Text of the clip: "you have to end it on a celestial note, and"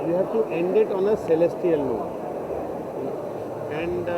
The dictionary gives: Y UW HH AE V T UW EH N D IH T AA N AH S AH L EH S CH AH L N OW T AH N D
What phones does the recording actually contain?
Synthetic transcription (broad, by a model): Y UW HH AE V T UW EH N D IH T AA N AH S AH L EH S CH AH L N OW AH N D